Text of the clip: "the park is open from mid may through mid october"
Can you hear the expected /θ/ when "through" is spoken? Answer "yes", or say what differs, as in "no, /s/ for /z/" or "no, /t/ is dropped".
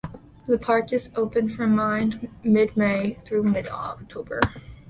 yes